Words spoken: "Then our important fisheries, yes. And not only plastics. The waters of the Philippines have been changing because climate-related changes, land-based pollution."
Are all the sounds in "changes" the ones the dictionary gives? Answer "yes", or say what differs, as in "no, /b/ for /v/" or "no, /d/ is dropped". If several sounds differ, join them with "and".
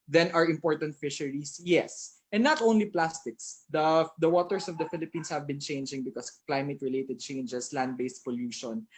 no, /s/ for /z/